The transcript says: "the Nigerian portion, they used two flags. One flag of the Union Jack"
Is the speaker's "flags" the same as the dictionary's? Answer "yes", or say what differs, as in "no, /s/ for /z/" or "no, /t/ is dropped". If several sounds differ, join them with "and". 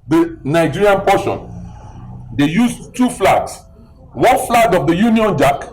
no, /s/ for /z/